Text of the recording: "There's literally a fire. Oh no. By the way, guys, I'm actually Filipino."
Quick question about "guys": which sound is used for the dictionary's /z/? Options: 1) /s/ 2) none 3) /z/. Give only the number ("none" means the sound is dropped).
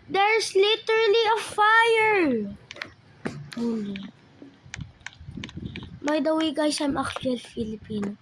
1